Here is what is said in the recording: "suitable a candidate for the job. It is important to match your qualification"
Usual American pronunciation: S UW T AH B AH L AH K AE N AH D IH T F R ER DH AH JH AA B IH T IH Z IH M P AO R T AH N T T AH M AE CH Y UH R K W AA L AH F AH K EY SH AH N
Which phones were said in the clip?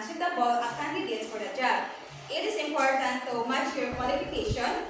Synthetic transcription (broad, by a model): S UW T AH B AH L AH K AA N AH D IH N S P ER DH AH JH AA IH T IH S IH M P AO R T AH N T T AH M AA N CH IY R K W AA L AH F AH K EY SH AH N